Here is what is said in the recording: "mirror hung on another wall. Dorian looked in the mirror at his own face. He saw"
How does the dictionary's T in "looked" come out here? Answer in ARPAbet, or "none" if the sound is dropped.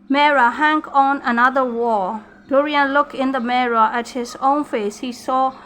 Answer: none